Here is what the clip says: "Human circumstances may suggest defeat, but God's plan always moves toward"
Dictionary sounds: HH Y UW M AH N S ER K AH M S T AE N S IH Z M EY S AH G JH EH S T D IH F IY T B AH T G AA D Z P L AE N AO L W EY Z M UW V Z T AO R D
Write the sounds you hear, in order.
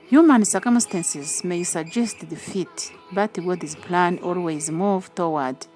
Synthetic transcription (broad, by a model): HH Y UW M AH N S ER K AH M S T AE N S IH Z M EY S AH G JH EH S T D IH F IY T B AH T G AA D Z P L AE N AO L W EY Z M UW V T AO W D